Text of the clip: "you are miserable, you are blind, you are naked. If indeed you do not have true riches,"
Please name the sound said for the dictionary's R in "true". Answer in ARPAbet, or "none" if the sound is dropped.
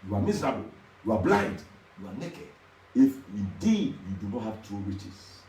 none